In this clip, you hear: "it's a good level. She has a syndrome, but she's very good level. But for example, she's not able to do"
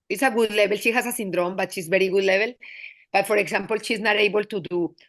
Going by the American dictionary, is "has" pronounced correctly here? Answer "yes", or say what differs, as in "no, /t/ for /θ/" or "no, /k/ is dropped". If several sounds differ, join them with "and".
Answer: no, /s/ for /z/